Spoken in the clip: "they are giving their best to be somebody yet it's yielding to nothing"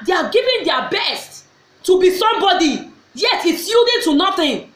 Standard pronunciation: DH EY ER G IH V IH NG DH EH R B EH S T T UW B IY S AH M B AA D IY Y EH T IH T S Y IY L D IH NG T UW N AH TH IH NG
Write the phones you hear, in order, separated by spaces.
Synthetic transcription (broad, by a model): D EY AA G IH V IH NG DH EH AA B EH S T T UW B IY S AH M B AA D IY Y EH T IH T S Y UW D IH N T UW N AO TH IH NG